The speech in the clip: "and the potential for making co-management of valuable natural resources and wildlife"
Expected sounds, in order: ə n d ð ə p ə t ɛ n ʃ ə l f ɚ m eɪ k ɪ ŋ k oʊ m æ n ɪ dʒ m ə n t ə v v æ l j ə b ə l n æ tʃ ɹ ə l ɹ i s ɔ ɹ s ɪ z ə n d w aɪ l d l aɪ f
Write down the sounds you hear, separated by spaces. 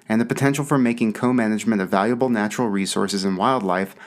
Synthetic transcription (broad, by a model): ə n ð ə p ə t ɛ n ʃ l f ɚ m eɪ k ɪ ŋ k oʊ m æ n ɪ dʒ m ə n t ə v v æ l j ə b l n æ tʃ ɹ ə l ɹ i s ɔ ɹ s ɪ z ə n w aɪ l d l aɪ f